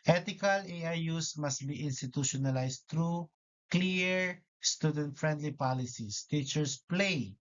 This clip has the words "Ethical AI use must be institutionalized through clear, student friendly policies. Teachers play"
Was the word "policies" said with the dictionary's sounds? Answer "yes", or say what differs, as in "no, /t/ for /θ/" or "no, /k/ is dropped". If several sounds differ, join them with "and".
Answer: no, /s/ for /z/